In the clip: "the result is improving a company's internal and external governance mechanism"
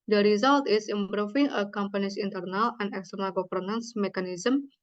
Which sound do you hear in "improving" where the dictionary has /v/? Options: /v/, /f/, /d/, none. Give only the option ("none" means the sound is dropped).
/f/